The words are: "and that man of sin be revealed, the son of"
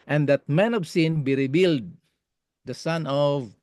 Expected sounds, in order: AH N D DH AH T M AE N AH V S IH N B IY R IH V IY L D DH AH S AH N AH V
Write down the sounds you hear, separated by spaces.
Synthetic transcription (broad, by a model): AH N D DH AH T M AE N AH V S IH N B IY R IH B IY L D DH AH S AH N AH V